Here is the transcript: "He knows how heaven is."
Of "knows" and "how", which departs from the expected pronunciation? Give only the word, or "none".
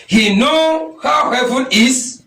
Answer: knows